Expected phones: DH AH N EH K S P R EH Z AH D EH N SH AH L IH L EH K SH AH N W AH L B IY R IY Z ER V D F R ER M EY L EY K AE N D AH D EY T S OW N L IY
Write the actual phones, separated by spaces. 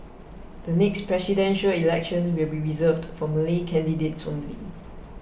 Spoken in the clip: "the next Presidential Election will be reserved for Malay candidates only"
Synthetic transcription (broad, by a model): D AH N EH K S P R EH S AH D EH N SH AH L IH L EH K SH AH N W AH L B IY R IY Z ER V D F R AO M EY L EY K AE N D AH D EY T S OW N L IY